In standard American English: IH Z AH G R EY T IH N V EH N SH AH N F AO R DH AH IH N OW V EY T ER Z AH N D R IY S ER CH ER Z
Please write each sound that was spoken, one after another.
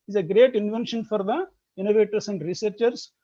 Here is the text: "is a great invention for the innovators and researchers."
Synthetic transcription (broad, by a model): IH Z AH G R EY T IH N V EH N SH AH N F AO R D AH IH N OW V EY T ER S AH N D R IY S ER CH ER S